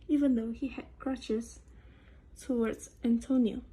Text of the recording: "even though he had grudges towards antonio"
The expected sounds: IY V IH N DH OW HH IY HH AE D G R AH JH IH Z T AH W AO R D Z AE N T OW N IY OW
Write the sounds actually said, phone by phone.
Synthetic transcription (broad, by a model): IY V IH N DH OW HH IY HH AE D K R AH CH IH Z T AH W AO R D Z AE N T OW N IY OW